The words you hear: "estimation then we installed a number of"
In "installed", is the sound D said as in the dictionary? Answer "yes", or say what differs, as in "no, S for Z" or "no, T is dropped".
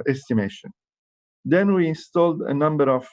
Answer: yes